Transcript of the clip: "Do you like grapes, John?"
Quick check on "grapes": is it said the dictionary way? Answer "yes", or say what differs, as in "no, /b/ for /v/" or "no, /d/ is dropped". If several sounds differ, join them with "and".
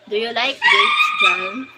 no, /p/ is dropped